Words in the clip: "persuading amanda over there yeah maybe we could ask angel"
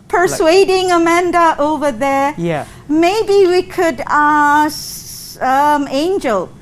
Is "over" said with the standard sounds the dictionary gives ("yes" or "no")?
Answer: yes